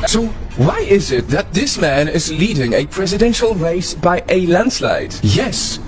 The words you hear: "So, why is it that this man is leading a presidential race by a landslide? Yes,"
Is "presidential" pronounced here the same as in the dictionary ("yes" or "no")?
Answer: yes